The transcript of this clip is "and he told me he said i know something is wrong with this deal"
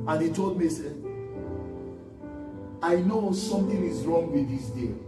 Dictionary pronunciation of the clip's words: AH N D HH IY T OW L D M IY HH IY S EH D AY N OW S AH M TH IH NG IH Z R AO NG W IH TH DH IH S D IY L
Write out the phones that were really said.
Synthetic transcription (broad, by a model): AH N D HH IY T OW L D M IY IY S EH AY N OW S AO M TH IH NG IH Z R AO NG W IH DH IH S D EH